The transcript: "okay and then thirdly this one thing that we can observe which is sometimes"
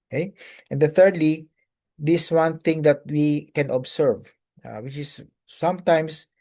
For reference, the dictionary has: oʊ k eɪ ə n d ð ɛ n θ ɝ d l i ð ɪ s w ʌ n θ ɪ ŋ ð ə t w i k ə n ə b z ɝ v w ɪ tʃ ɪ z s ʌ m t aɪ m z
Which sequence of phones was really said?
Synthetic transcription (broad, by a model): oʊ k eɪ ə n d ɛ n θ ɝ d l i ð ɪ s w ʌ n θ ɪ ŋ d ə t w i k ə n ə b s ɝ v w ɪ tʃ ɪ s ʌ m t aɪ m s